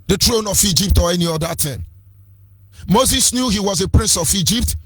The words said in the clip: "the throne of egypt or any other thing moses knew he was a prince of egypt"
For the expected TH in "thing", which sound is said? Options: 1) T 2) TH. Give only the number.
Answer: 1